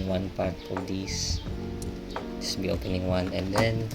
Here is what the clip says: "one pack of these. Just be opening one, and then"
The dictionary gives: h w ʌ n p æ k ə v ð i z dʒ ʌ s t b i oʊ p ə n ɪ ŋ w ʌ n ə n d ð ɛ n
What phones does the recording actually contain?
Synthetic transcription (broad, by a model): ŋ w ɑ n p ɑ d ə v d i s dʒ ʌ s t b i oʊ p ə n ɪ ŋ w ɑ n ə n d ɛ n